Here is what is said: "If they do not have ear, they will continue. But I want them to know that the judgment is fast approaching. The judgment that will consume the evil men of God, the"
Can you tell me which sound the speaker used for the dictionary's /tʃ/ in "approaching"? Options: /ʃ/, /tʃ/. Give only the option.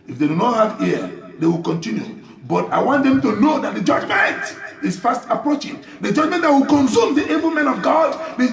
/tʃ/